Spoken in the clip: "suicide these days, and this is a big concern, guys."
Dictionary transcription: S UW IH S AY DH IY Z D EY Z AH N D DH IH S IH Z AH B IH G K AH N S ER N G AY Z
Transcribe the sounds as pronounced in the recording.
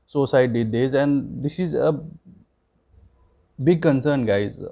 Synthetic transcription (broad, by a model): S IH S AY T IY D EY Z AH N D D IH S IH Z AH B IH G K AH N S ER N G AY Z